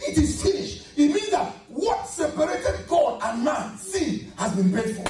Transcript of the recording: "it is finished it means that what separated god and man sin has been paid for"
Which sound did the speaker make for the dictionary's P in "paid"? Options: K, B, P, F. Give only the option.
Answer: B